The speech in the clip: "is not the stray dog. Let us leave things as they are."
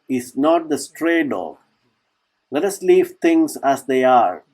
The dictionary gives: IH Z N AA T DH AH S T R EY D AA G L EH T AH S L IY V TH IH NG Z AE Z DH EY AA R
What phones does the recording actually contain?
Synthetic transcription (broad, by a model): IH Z N AA T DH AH S T R EY D AA G L EH T AH S L IY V T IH NG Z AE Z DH EY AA R